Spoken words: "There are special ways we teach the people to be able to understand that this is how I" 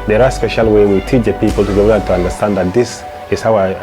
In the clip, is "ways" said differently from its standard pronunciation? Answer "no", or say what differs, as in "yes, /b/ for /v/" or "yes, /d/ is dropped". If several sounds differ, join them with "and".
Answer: yes, /z/ is dropped